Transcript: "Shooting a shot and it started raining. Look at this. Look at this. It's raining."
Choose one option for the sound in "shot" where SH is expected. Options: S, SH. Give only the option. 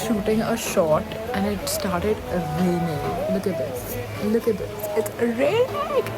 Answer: SH